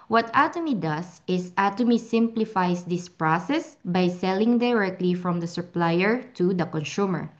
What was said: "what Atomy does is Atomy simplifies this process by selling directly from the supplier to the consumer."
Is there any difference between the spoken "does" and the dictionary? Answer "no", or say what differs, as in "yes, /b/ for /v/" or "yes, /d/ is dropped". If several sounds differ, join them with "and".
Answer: yes, /s/ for /z/